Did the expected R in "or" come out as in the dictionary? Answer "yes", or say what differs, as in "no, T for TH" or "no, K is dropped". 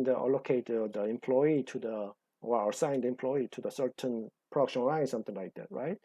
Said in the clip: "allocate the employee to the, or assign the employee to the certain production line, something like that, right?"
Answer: no, L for R